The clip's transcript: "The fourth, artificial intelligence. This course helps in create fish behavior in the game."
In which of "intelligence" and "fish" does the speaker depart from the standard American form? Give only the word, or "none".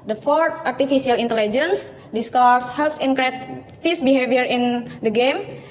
fish